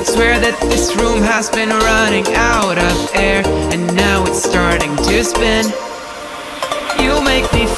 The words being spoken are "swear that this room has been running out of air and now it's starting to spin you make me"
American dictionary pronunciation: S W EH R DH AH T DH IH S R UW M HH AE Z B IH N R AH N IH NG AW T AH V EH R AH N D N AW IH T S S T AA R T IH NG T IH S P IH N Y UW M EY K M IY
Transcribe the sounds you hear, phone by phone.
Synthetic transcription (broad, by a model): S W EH R DH AH T DH IH S R UW M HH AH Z B IH N R AH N IH NG AW T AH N EH R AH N N AW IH T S S T AA R T IH NG T IH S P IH N Y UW M EY K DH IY